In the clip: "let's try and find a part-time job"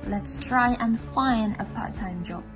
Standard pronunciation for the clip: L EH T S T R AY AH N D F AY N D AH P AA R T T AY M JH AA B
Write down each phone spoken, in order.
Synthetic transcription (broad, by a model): L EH T S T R AY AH N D F AY N AH P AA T T AY M JH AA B